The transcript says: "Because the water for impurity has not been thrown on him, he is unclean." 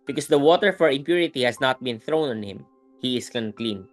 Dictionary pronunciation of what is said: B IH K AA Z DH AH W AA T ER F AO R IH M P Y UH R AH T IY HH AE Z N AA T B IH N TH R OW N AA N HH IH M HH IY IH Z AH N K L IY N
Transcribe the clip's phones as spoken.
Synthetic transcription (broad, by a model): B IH K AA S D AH W AA T ER F AO R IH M P Y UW R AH T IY HH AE S N AA T B IH N TH R OW N AA N HH IH M HH IY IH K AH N K L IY N